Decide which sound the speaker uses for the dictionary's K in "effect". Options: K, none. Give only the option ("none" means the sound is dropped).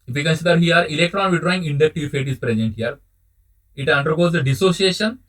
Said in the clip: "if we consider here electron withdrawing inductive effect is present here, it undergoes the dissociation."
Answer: none